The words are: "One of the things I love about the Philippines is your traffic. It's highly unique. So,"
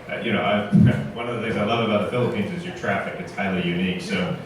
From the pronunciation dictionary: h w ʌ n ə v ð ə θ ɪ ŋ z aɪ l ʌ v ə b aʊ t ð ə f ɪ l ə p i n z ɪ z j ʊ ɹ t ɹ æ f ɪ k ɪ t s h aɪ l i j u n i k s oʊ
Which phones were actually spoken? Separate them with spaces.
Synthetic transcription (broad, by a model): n w ʌ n ə v ð ə θ ɪ ŋ z aɪ l ʌ v ə b aʊ t ð ə f ɪ l ə p i n z ɪ z j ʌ ɹ t ɹ æ f ɪ k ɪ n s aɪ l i j u n i k s oʊ